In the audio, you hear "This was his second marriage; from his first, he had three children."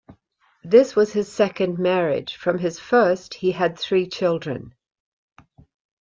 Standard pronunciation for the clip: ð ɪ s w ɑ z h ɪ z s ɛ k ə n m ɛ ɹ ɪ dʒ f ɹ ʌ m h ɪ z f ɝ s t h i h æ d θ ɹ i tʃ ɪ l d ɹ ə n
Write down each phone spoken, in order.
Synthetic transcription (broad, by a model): ð ɪ s w ɑ z ɪ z s ɛ k ə n m ɛ ɹ ɪ dʒ f ɹ ʌ m ɪ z f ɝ s t h i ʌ d θ ɹ i tʃ ɪ l d ɹ ə n